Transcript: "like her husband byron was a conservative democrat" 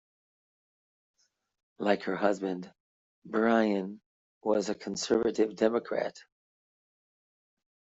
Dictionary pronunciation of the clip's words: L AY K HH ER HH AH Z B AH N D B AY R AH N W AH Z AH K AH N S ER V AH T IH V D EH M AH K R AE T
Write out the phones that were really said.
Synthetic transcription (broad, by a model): L AY K HH ER HH AH Z B AH N D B AY AH N W AH Z AH K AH N S ER V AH T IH V D EH M AH K R AE T